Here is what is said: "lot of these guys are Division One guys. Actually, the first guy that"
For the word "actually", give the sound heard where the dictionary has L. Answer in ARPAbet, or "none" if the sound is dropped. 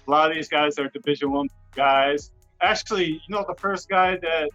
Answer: N